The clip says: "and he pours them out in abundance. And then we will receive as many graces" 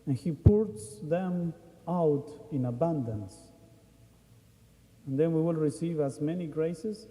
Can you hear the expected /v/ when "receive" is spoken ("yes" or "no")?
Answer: yes